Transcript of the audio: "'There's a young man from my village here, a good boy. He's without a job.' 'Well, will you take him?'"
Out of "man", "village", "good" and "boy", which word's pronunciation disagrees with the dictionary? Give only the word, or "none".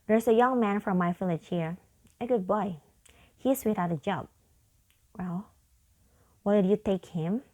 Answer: village